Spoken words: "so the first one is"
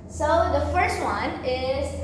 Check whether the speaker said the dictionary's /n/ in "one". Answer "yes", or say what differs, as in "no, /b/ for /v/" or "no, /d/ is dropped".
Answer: yes